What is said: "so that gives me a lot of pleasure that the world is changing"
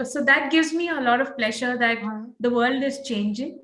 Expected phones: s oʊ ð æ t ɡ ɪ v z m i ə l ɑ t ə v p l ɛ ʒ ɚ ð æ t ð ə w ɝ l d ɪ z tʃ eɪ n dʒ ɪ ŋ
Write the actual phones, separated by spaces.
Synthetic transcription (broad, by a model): s oʊ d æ t ɡ ɪ v z m i ə l ɑ t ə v p l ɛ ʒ ɚ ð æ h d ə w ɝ l d ɪ z tʃ eɪ n dʒ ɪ ŋ